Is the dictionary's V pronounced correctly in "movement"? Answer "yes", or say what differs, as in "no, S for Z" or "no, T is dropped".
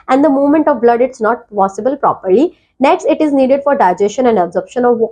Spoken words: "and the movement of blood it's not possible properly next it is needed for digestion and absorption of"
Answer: no, V is dropped